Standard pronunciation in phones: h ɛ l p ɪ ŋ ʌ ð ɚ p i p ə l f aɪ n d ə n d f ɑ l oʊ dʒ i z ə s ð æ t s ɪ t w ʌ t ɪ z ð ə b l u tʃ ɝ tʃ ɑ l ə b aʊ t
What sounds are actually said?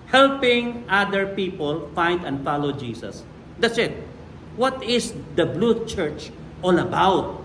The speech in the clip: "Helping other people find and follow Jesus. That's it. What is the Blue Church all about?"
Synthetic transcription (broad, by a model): h ɛ l p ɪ ŋ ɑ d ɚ p i p ə l f aɪ n d ə n d f ɑ l oʊ dʒ i s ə s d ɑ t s ɪ t w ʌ t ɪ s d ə b l u tʃ ɝ tʃ ɑ l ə b aʊ t